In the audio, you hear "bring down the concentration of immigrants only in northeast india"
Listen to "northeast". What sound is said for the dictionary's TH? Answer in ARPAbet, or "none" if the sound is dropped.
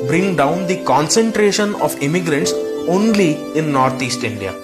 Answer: T